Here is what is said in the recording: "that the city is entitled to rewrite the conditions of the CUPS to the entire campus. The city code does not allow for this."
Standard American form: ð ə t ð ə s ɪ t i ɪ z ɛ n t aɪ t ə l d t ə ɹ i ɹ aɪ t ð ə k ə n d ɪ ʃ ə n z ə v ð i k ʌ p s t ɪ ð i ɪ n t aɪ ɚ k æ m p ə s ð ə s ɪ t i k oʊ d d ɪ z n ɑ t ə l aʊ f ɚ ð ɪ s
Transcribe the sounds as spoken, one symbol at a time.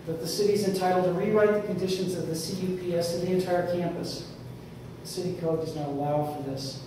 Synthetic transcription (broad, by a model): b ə t ð ə s ɪ t i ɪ z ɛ n t aɪ t l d t ə ɹ i ɹ aɪ t ð ə k ə n d ɪ ʃ ə n z ə v ð i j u p s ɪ ð i ɪ n t aɪ ɚ k æ m p ə s ð ə s ɪ t i k oʊ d d ɪ z n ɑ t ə l aʊ f ɚ ð ɪ s